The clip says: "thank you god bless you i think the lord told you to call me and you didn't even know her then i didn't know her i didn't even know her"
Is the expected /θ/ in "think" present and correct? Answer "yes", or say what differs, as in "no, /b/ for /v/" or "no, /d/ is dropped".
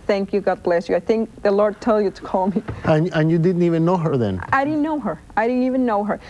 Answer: yes